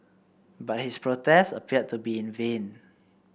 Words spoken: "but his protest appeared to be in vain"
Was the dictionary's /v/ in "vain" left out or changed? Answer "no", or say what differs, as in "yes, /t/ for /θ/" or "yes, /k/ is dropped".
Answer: no